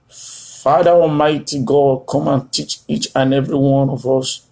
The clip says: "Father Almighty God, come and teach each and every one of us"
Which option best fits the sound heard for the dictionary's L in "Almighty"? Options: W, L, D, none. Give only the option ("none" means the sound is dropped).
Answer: none